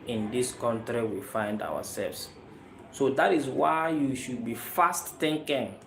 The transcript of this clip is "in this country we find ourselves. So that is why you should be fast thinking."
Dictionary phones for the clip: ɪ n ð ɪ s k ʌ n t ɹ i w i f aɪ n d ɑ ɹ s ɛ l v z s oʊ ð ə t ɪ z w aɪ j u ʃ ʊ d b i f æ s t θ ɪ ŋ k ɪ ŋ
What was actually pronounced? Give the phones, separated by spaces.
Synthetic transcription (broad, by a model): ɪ n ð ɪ s k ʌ n t ɹ i w i f aɪ n d ɑ w s ɛ l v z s oʊ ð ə t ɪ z w aɪ j u ʃ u d b i f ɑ s t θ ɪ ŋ k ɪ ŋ